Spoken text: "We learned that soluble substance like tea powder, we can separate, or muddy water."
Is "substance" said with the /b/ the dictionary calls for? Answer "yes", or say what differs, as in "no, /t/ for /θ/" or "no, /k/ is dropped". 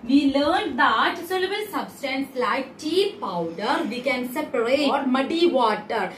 yes